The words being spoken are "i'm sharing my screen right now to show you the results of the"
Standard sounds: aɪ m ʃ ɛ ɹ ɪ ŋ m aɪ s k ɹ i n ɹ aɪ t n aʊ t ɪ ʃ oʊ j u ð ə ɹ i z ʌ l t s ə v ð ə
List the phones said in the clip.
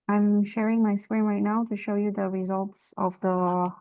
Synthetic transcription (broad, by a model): aɪ m ʃ ɛ ɹ ɪ ŋ m aɪ s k ɹ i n ɹ aɪ t n aʊ t ɪ ʃ oʊ j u ð ə ɹ i z ʌ l t s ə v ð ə